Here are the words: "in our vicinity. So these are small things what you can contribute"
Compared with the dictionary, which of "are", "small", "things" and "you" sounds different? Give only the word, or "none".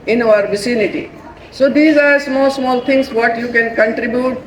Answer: things